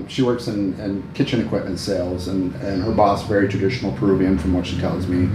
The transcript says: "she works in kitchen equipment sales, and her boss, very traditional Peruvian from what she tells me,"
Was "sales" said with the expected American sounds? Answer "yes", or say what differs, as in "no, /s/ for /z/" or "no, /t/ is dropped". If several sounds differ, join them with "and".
yes